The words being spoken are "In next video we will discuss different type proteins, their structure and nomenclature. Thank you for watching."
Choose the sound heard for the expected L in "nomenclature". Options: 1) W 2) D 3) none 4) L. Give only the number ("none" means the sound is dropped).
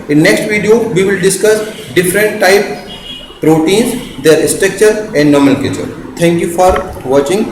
3